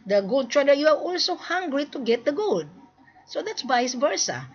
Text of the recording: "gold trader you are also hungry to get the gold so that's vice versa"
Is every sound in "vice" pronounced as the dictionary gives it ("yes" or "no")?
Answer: no